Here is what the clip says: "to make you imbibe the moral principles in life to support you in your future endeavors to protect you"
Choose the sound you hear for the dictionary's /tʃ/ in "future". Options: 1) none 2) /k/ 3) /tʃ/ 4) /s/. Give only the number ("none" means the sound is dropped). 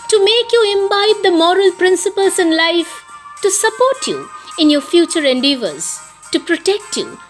3